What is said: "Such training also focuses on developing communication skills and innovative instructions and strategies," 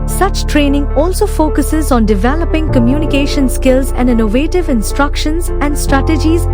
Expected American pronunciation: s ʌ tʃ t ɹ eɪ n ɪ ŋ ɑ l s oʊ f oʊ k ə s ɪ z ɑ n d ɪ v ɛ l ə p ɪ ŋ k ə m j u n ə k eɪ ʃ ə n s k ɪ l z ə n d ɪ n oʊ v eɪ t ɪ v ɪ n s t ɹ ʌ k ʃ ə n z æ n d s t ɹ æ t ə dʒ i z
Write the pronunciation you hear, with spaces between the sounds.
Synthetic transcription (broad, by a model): s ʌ tʃ t ɹ eɪ n ɪ ŋ ɑ l s oʊ f oʊ k ə s ɪ z ɑ n d ɪ v ɛ l ə p ɪ ŋ k ə m j u n ə k eɪ ʃ ə n s k ɪ l z ə n d ɪ n oʊ v eɪ t ɪ v ɪ n s t ɹ ʌ k ʃ ə n z æ n d s t ɹ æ t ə dʒ i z